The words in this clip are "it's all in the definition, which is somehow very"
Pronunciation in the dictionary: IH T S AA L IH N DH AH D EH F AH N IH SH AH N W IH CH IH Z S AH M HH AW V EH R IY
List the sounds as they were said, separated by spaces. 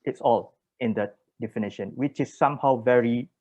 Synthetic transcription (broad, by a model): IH T S AA L IH N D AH D EH F AH N IH SH AH N W IH CH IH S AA M HH AW V EH R IY